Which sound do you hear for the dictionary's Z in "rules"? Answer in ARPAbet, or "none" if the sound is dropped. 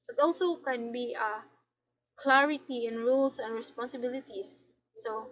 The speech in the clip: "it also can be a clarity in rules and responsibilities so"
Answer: S